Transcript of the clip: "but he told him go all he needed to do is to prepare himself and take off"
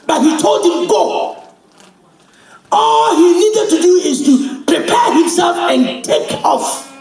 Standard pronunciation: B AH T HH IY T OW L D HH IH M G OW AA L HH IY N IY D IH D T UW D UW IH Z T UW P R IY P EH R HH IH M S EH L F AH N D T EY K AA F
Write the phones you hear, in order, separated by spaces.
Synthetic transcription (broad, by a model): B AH T HH IY T OW L D HH IH M G OW AA L HH IY N IY D IH D T UW D UW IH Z T UW P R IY P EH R HH IH M S EH L F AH N T EY K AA F